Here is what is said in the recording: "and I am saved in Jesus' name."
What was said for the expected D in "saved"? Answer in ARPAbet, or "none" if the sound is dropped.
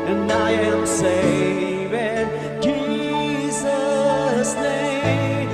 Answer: none